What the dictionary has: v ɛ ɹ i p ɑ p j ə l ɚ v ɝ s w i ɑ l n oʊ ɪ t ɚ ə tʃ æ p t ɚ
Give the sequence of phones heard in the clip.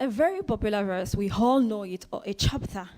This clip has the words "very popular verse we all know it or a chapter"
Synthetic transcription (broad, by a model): v ɛ ɹ i p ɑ p j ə l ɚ v ɝ s w i ɑ l n oʊ ɪ t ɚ ə tʃ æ p t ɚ